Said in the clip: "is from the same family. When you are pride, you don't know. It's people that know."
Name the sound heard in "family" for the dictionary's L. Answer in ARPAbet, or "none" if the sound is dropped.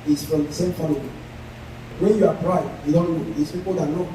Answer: none